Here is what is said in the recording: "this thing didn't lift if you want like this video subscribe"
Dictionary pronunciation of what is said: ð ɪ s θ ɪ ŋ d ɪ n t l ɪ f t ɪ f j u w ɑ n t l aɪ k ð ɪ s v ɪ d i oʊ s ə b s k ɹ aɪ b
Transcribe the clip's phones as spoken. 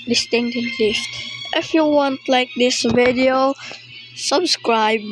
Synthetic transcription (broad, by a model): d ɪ s t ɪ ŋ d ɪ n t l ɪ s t ɪ f j u w ɑ n t l aɪ k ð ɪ s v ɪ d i oʊ s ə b s k ɹ aɪ b